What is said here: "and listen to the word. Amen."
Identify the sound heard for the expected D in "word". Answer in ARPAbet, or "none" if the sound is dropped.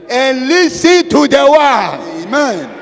none